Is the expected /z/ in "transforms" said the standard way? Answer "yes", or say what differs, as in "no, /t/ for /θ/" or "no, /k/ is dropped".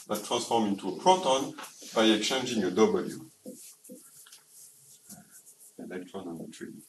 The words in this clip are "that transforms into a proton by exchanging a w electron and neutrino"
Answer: no, /z/ is dropped